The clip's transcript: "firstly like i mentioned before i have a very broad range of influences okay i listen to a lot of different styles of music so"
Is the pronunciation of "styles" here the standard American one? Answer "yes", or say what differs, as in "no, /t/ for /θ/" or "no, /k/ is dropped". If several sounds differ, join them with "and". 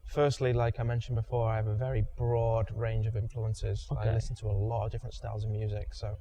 yes